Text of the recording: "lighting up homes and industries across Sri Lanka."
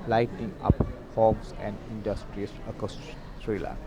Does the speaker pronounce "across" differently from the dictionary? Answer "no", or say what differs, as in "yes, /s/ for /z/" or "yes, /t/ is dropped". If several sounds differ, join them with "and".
yes, /ɹ/ is dropped